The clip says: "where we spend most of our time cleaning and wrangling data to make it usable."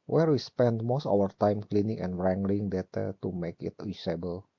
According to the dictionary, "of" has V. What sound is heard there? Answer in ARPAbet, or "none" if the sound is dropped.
W